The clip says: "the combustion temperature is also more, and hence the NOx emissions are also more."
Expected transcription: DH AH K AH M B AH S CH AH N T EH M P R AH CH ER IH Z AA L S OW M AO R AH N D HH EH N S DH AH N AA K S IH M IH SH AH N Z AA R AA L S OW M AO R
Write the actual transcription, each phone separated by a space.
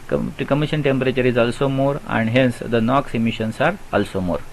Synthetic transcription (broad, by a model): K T K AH M IY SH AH N T EH M P R AH CH ER IH Z AA L S OW M AO R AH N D HH EH N S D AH N AA K S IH M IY SH AH N S AA R AA L S OW M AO R